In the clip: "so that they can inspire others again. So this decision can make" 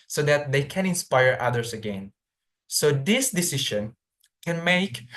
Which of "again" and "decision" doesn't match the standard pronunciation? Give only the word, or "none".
decision